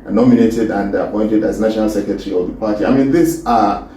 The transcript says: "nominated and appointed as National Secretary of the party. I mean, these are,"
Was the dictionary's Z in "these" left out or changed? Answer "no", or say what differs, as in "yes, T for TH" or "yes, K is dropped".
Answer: yes, S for Z